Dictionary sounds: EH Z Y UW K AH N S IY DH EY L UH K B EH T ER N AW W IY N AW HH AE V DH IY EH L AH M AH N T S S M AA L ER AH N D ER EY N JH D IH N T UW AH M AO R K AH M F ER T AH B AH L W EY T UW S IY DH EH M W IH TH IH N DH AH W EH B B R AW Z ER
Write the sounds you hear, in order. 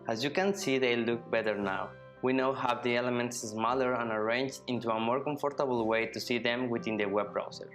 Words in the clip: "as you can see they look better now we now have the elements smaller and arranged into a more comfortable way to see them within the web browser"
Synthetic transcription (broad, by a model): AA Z Y UW K AH N S IY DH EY L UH K B EH T ER N AW W IY N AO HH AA W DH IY EH L AH M AH N T S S M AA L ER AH N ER EY N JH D IH N T UW AH M AO R K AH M F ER T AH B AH L W EY T UW S IY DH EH M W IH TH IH N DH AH W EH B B R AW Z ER